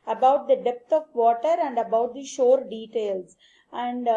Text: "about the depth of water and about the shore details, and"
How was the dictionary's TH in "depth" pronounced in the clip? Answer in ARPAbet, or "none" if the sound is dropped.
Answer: T